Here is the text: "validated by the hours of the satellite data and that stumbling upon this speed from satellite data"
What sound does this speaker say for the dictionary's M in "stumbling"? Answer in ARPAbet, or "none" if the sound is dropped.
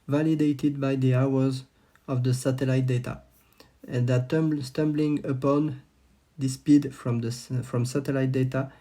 M